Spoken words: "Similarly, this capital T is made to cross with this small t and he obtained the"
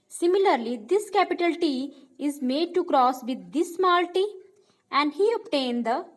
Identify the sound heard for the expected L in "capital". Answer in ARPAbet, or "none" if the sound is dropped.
L